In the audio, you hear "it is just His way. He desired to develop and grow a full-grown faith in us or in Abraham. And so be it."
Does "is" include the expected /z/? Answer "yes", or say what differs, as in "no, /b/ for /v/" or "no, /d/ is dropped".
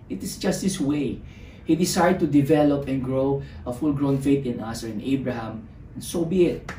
no, /s/ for /z/